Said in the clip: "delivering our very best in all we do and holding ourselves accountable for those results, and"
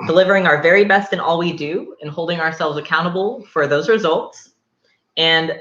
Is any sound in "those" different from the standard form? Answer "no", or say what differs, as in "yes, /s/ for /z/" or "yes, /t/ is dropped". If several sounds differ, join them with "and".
no